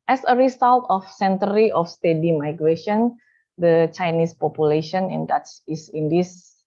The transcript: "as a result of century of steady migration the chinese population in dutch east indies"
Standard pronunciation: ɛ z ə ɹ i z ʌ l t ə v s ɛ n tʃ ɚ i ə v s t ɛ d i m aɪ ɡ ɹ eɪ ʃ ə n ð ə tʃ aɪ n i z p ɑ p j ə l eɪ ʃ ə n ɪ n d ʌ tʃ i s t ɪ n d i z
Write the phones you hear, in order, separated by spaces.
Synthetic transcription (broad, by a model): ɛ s ə ɹ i s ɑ l t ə f s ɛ n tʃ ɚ i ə f s t ɛ d i m aɪ ɡ ɹ eɪ ʃ ə n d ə tʃ aɪ n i s p ɑ p j ə l eɪ ʃ ə n ɪ n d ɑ s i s ɪ n d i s